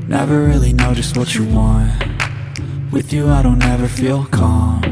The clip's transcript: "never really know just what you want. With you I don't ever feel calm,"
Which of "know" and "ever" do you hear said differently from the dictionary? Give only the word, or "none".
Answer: none